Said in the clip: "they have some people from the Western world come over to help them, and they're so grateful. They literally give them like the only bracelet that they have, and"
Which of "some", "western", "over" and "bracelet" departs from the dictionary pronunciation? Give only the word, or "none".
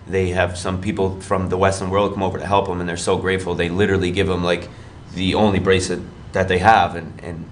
bracelet